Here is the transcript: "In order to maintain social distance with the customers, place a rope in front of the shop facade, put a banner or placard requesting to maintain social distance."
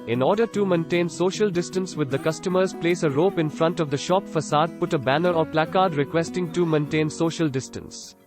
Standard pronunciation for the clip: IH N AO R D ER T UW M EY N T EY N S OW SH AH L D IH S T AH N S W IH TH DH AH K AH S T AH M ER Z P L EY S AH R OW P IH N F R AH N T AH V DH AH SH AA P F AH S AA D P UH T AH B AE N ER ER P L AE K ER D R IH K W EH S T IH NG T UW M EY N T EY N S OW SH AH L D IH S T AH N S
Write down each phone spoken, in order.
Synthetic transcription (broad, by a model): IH N AO R D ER T UW M EY N T EY N S OW SH AH L D IH S T AH N S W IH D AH K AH S T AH M ER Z P L EY S AH R OW P IH N F R AH N T AH V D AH SH AA P F AH S AA D P UH T AH B AE N ER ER P L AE K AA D R IH K W EH S T IH NG T UW M EY N T EY N S OW SH AH L D IH S T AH N S